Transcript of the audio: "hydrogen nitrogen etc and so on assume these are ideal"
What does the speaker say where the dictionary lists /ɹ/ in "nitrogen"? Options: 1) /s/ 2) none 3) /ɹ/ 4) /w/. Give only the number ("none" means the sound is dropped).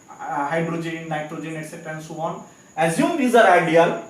3